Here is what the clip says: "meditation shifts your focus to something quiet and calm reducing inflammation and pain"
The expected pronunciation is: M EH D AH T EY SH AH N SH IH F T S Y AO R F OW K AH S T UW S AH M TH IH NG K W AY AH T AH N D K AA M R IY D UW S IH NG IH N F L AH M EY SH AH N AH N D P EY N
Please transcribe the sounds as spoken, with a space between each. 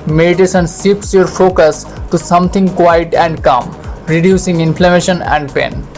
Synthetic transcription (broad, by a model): M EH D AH T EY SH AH N S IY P S Y AO R F OW K AH S T UW S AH M T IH NG K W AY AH T AH N D K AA M R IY D UW S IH NG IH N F L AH M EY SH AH N AH N D P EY N